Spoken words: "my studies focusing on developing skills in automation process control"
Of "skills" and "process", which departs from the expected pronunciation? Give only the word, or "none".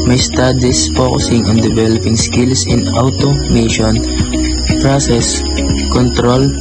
skills